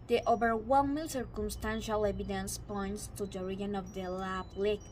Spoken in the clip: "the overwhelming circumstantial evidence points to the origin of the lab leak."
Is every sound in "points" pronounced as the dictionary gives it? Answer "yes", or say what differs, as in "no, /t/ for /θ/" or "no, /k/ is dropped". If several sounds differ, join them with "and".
yes